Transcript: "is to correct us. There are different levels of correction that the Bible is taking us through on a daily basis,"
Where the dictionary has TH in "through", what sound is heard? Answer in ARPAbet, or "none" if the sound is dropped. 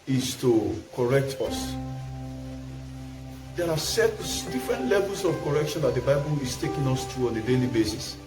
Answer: T